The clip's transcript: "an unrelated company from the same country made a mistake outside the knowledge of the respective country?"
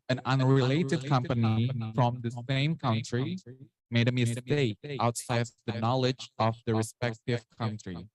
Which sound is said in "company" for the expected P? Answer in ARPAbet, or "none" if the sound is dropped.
P